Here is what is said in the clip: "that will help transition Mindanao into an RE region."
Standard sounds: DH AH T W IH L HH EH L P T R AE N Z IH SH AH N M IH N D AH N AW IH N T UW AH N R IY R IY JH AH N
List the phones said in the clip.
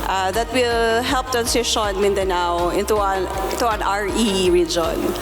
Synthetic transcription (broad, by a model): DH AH T W IH L HH EH L P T AE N S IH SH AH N M IH N D AH N AW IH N T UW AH N R IY R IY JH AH N